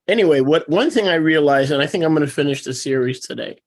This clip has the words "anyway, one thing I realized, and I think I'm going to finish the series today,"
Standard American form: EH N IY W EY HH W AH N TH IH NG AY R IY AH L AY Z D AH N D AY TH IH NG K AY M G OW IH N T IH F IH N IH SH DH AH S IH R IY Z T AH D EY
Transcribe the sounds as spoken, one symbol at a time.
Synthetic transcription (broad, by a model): EH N IY W EY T W AH N TH IH NG AY R IY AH L AY Z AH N AY TH IH NG K AY M G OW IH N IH F IH N IH SH DH AH S IH R IY Z T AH D EY